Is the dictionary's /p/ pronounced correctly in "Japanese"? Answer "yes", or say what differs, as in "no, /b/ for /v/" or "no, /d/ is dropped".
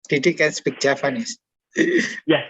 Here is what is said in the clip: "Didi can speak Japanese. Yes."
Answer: no, /f/ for /p/